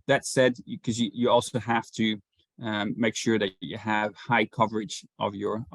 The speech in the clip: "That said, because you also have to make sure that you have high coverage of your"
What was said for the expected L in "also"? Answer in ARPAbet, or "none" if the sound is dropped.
L